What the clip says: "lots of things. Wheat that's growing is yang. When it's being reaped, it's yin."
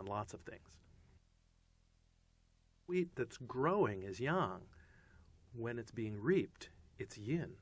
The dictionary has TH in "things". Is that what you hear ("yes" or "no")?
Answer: yes